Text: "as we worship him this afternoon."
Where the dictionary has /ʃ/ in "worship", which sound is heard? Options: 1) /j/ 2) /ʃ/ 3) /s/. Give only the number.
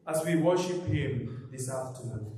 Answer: 2